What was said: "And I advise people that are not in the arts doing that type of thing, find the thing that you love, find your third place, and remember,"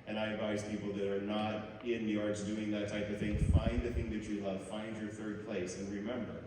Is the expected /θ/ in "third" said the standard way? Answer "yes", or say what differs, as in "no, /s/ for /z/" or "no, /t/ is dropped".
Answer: yes